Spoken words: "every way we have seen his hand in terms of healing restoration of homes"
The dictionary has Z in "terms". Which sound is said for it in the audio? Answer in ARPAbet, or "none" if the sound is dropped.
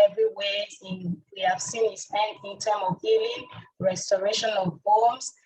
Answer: none